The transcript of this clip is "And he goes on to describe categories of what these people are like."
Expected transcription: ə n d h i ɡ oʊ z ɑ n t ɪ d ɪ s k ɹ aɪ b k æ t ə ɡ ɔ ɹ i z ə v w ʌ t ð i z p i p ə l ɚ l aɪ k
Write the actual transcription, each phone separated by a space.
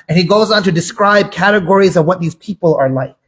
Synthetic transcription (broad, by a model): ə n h i ɡ oʊ z n t ɪ d ɪ s k ɹ aɪ b k æ t ə ɡ ɔ ɹ i z ə v w ʌ t ð i z p i p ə l ɚ l aɪ k